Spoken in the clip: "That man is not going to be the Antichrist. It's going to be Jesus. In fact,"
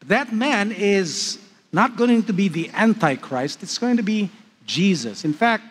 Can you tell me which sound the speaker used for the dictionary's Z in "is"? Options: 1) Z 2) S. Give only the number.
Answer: 1